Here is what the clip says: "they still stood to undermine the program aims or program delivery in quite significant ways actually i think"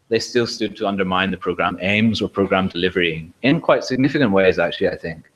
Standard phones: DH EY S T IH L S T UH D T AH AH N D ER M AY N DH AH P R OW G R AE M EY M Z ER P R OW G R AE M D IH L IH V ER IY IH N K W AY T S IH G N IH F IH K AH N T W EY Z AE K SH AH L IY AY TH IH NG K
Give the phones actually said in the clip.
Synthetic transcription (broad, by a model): DH EY S T IH L S T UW D T AH AH N D ER M AY N DH AH P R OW G R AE M EY M Z ER P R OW G R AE M D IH L IH V ER IY IH N K W AY T S IH G N IH F IH K AH N T W EY Z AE K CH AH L IY AY TH IH NG K